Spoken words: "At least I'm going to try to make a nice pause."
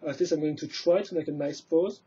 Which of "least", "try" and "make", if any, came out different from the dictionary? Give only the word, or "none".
least